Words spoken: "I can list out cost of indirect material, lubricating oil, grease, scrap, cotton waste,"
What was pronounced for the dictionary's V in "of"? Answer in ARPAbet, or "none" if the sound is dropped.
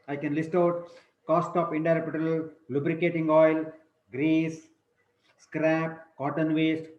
P